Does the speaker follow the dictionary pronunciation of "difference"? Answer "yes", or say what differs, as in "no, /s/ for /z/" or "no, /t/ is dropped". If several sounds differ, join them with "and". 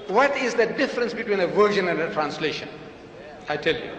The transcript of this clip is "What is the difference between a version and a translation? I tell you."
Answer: yes